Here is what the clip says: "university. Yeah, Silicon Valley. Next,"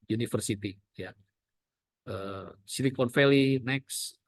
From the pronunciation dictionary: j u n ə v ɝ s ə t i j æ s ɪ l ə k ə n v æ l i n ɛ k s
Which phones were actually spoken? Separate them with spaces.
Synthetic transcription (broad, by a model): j u n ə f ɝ s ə t i j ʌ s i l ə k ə n f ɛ l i n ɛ k s